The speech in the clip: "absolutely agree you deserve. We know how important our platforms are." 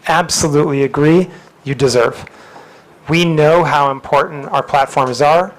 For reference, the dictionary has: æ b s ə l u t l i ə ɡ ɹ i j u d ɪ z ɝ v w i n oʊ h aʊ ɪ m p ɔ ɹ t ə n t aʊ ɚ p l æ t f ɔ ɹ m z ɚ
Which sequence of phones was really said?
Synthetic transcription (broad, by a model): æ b s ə l u t l i ə ɡ ɹ i j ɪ d ɪ z ɝ v w i n oʊ h aʊ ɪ m p ɔ ɹ t n t aʊ ɚ p l æ t f ɔ ɹ m z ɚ